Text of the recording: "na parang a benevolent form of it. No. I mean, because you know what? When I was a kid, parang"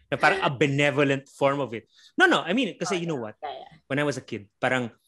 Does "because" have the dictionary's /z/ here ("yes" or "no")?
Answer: no